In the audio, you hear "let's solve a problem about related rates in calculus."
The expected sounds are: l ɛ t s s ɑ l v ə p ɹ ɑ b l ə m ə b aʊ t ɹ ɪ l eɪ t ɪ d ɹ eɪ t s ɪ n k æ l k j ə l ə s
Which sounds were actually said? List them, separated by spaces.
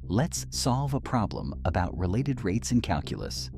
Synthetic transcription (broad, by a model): l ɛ t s s ɑ l v ə p ɹ ɑ b l ə m ə b aʊ t ɹ ɪ l eɪ t ɪ d ɹ eɪ t s ɪ n k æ l k j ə l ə s